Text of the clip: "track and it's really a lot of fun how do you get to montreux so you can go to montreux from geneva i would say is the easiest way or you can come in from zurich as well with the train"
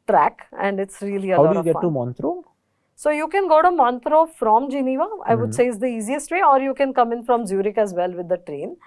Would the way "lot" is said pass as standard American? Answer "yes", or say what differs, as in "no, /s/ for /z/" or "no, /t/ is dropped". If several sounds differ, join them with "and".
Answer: no, /t/ is dropped